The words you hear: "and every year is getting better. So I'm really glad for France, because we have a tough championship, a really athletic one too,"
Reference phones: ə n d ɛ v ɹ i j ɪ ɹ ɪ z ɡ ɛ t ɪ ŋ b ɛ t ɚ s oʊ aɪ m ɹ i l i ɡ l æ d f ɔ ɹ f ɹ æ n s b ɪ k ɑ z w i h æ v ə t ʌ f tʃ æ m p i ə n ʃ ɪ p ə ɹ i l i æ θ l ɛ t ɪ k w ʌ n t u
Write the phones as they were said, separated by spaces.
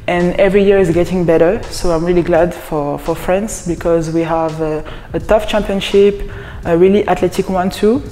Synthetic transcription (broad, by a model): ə n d ɛ v ɹ i j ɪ ɹ ɪ z ɡ ɛ t ɪ ŋ b ɛ t ɚ s oʊ aɪ m ɹ i l i ɡ l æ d f ɔ ɹ f ɹ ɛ n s b ɪ k ɑ z w i h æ v ə t ʌ f tʃ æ m p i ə n ʃ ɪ p ə ɹ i l i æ t l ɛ t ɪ k w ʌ n t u